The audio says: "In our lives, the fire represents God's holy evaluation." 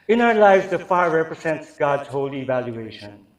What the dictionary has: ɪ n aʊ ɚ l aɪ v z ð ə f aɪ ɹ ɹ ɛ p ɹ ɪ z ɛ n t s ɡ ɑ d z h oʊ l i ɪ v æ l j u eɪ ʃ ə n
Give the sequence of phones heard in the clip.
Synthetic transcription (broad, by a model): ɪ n aʊ ɚ l aɪ v z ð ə f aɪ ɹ ɹ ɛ p ɹ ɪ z ɛ n t s ɡ ɑ d z h oʊ l i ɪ v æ l j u eɪ ʃ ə n